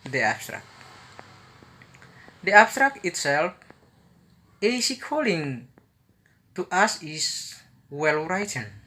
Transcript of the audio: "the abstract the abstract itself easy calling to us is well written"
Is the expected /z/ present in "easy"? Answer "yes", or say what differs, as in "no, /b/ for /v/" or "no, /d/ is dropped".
no, /s/ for /z/